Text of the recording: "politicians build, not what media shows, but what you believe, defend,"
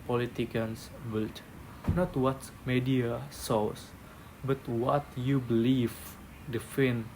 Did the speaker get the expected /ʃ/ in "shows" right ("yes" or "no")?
no